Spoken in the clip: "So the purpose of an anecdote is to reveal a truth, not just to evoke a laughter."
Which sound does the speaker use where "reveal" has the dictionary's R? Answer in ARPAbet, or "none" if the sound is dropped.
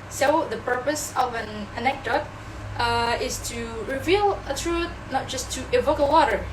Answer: R